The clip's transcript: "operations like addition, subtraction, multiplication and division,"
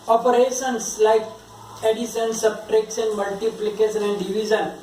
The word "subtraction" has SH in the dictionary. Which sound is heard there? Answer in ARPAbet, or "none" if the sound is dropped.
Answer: S